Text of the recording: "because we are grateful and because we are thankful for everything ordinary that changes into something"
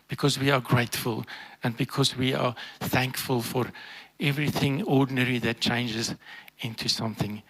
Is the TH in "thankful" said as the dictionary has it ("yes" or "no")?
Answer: yes